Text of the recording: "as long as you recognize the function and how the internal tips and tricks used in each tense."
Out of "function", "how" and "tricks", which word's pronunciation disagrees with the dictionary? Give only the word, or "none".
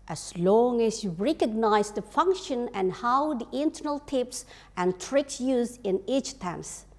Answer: none